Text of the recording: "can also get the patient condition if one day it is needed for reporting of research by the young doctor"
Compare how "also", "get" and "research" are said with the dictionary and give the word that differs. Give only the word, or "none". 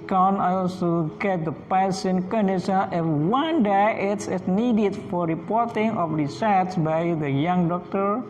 research